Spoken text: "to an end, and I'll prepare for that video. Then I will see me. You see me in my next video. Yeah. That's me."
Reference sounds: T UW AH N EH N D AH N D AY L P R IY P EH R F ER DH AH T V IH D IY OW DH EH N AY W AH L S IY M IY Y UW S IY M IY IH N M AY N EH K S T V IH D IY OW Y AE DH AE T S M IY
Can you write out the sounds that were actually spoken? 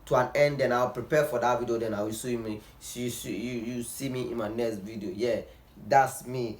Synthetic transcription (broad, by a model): T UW AH N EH N D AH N AY W P R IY P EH F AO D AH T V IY D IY OW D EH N AY W AH L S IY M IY Y UW S IY M IY IH N M AY N EH K S T V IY D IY OW Y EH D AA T S M IY